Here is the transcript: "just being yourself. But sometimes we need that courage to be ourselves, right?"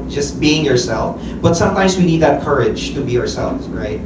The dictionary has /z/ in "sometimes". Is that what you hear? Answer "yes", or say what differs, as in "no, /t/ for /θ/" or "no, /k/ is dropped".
yes